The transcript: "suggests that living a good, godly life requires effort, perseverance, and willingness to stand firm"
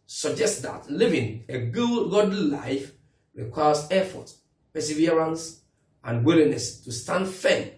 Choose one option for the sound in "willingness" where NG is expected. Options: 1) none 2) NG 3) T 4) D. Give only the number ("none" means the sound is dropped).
1